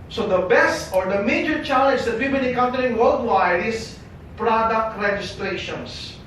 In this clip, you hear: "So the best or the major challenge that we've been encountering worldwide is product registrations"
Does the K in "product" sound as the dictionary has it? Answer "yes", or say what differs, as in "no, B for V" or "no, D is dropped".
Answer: yes